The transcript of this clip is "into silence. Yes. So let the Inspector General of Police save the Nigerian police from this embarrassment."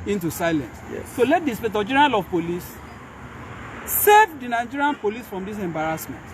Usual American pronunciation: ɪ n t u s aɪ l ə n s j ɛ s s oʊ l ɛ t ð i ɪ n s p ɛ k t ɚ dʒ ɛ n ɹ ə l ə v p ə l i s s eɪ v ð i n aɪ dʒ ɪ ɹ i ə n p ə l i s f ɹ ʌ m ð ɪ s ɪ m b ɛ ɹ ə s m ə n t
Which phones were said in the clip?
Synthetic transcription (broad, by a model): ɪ n t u s aɪ l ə n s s s oʊ l ɛ t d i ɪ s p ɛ t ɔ dʒ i ɹ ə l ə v p ə l i s s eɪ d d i n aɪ dʒ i ɹ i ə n p ə l i s f ɹ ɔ m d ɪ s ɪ m b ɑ ɹ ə s m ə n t